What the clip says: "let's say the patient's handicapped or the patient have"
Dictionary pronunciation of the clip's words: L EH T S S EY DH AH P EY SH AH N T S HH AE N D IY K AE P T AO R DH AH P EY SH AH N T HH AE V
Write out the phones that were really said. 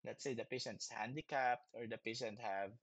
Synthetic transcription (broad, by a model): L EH T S S EY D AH P EY SH AH N T S HH AE N D IY K AE P T AO R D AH P EY SH AH N T HH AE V